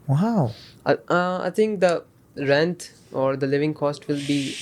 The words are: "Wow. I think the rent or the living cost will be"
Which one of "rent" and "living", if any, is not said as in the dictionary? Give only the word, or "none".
none